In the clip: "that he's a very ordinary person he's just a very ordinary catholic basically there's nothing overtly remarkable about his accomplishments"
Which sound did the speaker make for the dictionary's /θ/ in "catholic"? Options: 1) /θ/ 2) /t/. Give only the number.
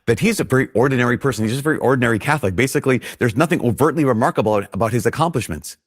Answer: 1